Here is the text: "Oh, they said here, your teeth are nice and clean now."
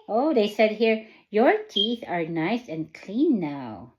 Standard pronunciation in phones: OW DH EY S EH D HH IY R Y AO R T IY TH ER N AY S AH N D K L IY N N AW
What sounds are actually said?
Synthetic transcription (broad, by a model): OW DH EY S EH D HH IY R Y AO R T IY TH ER N AY S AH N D K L IY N N AW